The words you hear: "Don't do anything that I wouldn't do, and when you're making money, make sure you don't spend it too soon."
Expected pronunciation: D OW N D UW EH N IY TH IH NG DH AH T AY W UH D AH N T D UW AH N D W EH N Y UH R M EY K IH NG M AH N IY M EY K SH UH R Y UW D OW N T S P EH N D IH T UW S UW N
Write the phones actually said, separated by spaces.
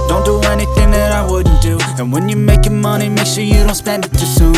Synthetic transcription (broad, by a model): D OW N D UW EH N IY TH IH NG DH AH T AY W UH D N D UW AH N W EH N Y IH M EY K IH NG M AH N IY M EY K SH UH R Y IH D OW N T S P EH N D IH T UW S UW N